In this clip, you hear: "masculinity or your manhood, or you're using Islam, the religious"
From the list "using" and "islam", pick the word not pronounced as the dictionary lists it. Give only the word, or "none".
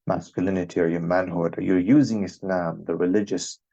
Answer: none